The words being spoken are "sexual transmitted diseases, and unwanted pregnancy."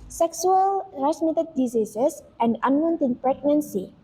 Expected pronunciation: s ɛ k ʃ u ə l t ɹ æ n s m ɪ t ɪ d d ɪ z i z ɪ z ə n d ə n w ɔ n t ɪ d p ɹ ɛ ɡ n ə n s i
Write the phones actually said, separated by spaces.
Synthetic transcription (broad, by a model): s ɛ k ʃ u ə l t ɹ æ s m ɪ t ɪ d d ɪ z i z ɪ s ə n d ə n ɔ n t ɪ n p ɹ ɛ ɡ n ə n s i